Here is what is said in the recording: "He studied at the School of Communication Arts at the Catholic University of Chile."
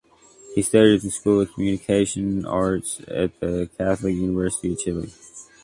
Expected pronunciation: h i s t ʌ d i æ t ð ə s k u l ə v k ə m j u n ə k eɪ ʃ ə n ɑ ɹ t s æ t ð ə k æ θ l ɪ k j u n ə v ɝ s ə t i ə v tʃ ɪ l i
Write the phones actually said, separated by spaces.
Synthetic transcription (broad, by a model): h i s t ʌ d i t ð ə s k u l ə v k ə m j u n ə k eɪ ʃ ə n ɑ ɹ t s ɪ t ð ə k æ θ l ɪ k j u n ə v ɝ s ə t i ə v tʃ ɪ l i